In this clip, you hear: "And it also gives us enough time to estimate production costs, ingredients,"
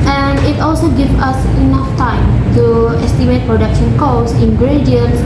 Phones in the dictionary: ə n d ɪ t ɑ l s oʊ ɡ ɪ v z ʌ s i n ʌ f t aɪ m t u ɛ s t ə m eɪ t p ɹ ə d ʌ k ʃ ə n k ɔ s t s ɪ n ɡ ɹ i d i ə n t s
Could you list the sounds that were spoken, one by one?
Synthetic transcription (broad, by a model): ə n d ɪ t ɑ l s oʊ ɡ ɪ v ʌ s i n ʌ f t aɪ m t u ɛ s t ə m eɪ t p ɹ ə d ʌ k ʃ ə n k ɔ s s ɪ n ɡ ɹ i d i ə n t s